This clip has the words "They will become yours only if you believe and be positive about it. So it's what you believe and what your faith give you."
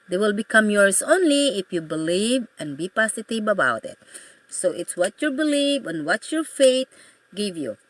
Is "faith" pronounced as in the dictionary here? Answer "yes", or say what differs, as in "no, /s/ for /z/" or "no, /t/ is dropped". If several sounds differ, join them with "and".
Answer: no, /t/ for /θ/